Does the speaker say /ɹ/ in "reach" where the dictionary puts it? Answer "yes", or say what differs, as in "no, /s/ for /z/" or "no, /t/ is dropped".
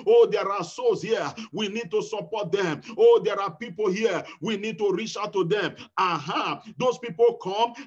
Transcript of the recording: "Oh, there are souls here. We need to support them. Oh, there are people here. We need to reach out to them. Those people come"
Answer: yes